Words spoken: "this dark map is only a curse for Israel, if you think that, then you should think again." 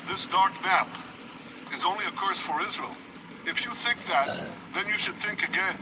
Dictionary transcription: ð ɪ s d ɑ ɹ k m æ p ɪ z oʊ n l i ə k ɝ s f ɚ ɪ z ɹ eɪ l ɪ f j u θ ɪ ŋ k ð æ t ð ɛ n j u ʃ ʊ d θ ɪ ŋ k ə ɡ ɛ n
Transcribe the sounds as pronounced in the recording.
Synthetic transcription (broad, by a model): ð ɪ s d ɑ ɹ k m æ p ɪ z oʊ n l i ə k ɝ s f ɚ ɪ z ɹ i l ɪ f j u θ ɪ ŋ k ð æ t ð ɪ n j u ʃ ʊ d θ ɪ ŋ k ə ɡ ɛ n